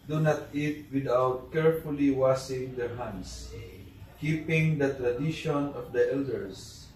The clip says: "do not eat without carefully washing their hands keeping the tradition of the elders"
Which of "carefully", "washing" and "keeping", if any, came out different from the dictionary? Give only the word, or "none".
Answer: washing